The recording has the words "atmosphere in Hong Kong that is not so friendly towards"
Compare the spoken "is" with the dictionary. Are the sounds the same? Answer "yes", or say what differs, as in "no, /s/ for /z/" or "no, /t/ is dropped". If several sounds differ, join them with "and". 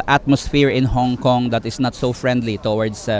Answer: no, /s/ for /z/